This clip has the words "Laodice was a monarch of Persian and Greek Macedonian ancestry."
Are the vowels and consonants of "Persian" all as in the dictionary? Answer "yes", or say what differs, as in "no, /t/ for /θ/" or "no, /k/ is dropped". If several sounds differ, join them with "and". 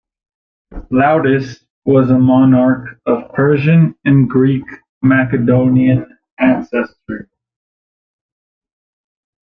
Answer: yes